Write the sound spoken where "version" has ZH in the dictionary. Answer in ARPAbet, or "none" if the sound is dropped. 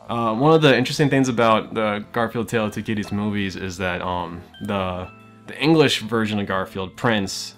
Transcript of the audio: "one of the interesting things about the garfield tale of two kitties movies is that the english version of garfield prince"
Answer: ZH